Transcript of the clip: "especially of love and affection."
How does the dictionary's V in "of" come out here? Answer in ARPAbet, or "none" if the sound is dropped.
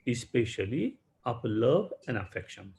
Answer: P